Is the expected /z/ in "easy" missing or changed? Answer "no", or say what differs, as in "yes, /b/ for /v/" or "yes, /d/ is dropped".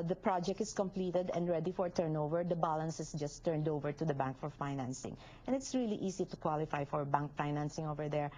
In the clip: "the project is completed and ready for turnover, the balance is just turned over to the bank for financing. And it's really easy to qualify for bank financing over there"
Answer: yes, /s/ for /z/